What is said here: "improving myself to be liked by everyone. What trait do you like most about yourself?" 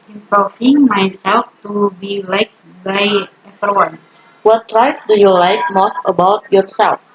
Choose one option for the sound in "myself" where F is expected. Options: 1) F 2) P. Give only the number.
1